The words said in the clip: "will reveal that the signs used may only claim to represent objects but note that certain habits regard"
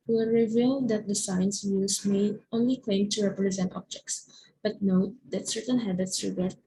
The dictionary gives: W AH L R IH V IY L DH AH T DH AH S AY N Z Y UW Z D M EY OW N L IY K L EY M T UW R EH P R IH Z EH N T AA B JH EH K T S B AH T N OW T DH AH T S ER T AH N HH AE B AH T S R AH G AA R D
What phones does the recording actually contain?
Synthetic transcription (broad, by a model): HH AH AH R IH V IY L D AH T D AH S AY N S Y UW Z M EY OW N L IY K L EY M T UW R EH P R IH Z EH N T AA B JH EH K T S B AH T N OW T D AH T S ER T AH N HH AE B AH T S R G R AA